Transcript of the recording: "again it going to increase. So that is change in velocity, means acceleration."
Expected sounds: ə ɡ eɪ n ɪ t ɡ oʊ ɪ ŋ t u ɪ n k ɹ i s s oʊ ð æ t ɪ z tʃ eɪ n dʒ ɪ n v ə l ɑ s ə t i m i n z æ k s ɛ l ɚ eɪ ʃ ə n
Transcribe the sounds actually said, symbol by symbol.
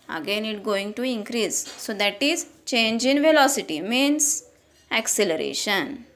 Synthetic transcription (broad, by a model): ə ɡ eɪ n ɪ t ɡ oʊ ɪ ŋ t u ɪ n k ɹ i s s oʊ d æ t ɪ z tʃ eɪ n dʒ ɪ n v ə l ɑ s ə t i m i n s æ k s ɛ l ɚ eɪ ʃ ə n